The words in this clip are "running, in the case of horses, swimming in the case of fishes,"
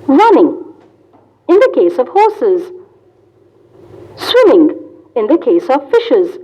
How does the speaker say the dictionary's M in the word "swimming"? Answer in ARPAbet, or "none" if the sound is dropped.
M